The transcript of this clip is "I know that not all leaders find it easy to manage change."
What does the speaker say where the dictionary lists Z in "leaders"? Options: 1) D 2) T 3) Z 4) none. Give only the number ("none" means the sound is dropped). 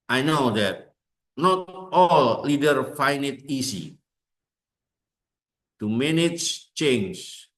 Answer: 4